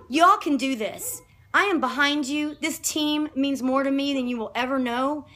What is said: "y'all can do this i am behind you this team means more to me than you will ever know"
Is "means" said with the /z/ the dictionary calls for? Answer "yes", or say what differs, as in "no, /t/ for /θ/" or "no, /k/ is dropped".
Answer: yes